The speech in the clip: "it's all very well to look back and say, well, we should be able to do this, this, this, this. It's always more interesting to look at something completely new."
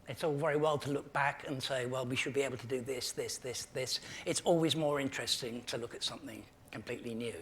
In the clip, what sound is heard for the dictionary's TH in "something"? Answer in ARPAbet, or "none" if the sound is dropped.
TH